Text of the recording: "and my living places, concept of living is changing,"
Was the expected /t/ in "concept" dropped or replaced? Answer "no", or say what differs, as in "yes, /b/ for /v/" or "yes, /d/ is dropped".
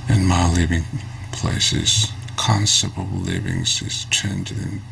yes, /t/ is dropped